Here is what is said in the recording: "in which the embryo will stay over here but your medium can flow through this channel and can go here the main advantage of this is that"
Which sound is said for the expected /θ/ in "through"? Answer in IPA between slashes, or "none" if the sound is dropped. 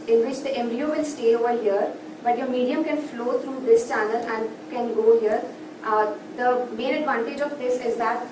/t/